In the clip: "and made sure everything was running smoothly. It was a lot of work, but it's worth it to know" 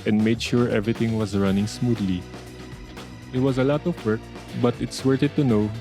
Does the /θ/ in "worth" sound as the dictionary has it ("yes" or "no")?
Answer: no